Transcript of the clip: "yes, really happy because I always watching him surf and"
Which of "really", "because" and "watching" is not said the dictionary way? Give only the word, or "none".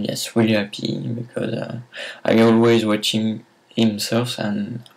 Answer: really